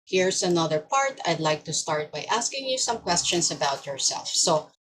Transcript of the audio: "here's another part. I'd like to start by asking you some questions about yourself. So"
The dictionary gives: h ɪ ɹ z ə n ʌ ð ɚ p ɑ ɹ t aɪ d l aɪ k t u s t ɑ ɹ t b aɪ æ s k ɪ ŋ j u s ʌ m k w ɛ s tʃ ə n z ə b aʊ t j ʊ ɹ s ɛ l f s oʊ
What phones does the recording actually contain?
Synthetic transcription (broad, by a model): h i ɹ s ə n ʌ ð ɚ p ɑ ɹ t aɪ d l aɪ k t u s t ɑ ɹ t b aɪ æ s k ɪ ŋ j u s ʌ m k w ɛ s tʃ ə n s ə b aʊ t j ʊ ɹ s ɛ l f s oʊ